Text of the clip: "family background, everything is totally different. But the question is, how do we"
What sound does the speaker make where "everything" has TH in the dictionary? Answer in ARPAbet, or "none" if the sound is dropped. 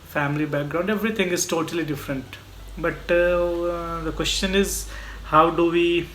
T